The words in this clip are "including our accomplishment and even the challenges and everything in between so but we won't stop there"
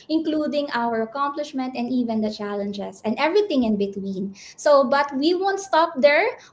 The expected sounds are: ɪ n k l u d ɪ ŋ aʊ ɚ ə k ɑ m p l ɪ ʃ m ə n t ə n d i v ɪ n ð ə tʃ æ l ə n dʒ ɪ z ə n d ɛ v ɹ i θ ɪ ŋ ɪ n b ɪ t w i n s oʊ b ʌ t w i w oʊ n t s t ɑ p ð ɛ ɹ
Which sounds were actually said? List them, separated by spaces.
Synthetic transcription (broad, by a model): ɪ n k l u d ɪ ŋ aʊ ɚ ə k ɑ m p l ɪ ʃ m ə n t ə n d i v ɪ n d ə tʃ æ l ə n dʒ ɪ s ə n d ɛ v ɹ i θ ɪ ŋ ɪ n b ɪ t w i n s oʊ b ʌ t w i w oʊ n t s t ɑ p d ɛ ɹ